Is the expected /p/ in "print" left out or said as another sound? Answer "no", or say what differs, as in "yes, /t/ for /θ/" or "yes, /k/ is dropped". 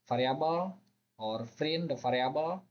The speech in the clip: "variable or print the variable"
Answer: yes, /f/ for /p/